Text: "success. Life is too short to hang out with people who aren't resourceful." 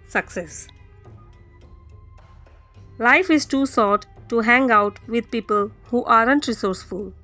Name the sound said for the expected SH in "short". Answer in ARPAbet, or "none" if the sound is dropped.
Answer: S